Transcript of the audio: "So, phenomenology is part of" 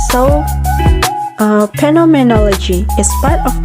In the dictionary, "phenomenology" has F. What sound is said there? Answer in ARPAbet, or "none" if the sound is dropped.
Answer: P